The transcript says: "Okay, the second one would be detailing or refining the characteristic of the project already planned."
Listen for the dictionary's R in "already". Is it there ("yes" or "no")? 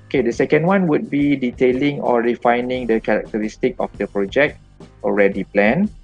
yes